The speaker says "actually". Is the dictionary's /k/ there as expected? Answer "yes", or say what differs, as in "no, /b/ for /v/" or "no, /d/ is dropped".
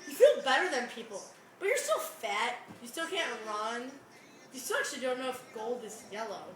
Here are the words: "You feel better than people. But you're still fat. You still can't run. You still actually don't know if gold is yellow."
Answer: no, /k/ is dropped